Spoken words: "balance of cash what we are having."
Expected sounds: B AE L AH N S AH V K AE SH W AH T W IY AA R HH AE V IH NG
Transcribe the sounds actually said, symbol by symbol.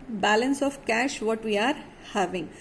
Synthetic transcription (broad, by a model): B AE L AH N S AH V K AE SH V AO T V IY AA R HH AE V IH NG